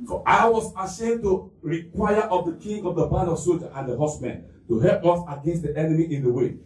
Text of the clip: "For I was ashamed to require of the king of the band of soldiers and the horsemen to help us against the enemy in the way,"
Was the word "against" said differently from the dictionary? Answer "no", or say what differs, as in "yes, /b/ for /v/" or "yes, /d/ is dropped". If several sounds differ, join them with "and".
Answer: no